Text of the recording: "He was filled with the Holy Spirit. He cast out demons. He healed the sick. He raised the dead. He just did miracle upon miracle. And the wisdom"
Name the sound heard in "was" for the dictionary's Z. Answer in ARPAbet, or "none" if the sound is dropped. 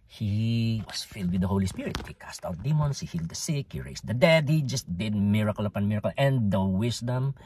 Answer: S